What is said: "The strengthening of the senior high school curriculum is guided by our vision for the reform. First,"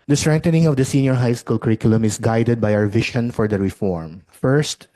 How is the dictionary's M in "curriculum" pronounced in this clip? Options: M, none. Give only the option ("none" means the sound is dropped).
M